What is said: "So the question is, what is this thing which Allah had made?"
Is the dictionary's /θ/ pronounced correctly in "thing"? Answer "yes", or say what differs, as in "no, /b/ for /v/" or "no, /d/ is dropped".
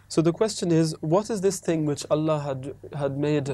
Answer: yes